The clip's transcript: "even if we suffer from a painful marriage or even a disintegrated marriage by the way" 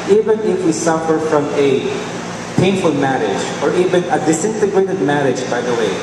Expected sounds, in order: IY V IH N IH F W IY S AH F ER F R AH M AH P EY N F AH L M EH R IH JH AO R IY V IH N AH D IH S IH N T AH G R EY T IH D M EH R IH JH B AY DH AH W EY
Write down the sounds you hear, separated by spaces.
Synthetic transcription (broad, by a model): IY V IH N IH F W IY S AH F ER F R AH M AH P EY N F AH L M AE R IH JH AO R IY V IH N AH D IH S IH N T AH G R EY T IH D M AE R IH JH B AY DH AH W EY